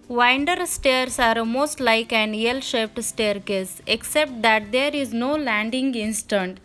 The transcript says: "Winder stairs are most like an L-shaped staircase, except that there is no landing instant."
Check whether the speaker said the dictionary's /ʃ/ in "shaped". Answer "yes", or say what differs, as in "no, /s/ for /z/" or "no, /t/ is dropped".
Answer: yes